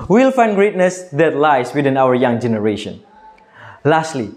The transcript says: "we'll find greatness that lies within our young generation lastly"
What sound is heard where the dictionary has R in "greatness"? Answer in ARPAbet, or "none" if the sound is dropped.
R